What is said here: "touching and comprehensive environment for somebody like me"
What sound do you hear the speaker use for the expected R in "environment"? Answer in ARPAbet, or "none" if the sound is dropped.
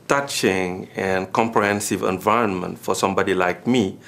R